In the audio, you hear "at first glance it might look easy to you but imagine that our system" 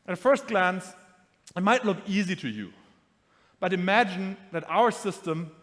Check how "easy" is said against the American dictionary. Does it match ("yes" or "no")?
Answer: yes